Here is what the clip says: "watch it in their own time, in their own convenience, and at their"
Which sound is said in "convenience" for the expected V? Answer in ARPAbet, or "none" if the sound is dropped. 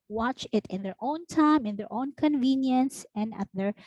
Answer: V